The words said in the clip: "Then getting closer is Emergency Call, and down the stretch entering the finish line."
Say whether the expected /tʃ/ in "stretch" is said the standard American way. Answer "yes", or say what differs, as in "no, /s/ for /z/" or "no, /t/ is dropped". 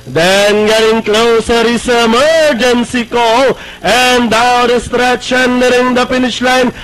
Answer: no, /ʃ/ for /tʃ/